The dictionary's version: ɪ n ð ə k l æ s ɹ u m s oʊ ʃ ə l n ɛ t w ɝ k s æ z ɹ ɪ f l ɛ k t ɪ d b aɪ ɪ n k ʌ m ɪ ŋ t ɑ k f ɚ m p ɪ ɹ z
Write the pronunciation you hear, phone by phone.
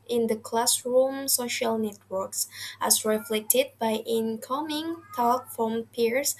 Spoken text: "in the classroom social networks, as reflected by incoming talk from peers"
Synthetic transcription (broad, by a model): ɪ n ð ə k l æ s ɹ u m s oʊ ʃ ə l n ɛ t w ɝ k s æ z ɹ ɪ f l ɛ k t ɪ d b aɪ ɪ n k ʌ m ɪ ŋ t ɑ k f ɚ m p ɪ ɹ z